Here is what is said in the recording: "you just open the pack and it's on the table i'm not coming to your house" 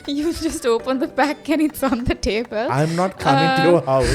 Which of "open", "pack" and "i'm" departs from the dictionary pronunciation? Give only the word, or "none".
pack